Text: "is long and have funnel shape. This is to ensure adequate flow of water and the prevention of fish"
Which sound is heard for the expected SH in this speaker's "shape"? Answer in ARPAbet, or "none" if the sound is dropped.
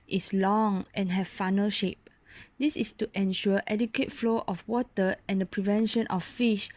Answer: SH